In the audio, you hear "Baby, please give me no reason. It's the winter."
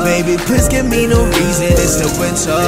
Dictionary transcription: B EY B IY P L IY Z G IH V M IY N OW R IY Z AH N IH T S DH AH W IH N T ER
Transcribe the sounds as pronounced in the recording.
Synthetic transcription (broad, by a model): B EY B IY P IH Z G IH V M IY N OW R IY Z AH N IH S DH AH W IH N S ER